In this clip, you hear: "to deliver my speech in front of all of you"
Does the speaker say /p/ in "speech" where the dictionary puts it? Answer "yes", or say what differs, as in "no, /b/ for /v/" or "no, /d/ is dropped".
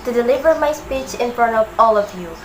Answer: yes